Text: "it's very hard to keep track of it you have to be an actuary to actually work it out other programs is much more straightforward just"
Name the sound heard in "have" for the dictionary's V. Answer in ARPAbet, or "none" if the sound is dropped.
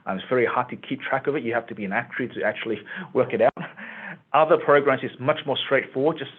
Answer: F